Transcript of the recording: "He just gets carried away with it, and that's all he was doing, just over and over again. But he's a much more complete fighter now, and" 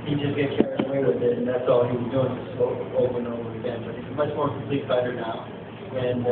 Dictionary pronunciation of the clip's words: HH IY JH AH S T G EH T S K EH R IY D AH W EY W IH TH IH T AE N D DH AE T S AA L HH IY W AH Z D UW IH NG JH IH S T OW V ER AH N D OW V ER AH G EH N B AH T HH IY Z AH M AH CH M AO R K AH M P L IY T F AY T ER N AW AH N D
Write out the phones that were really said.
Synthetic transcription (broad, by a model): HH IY JH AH S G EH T K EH R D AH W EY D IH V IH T N DH AE T S AA L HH IY W AH Z D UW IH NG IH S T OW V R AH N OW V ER AH G EH N B AH T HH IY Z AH M AH CH M AO R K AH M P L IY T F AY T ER N AW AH N